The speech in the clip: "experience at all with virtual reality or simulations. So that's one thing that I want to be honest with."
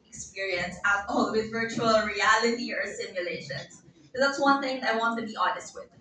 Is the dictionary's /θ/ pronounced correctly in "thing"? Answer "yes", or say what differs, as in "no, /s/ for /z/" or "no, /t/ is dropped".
yes